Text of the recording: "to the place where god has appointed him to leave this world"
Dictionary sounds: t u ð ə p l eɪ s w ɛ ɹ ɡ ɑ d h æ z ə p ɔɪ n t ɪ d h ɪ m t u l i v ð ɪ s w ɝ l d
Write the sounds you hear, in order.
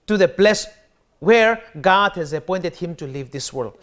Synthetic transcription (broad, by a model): t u ð ə b l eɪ s w ɛ ɹ ɡ ɑ d h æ z ə p ɔɪ n t ɪ d h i m t u l i v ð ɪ s w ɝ l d